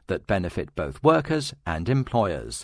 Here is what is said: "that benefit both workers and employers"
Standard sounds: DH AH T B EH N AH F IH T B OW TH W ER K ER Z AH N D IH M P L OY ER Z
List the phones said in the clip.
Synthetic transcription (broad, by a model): DH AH T B EH N AH F IH T B OW TH W ER K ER Z AH N D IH M P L OY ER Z